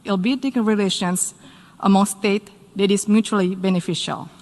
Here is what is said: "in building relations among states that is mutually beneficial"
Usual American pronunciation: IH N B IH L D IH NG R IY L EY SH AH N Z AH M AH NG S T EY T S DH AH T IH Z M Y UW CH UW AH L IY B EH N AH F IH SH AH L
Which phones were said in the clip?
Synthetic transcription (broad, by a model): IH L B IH D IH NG R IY L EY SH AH N S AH M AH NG S T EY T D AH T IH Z M Y UW CH UW AH L IY B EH N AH F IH SH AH L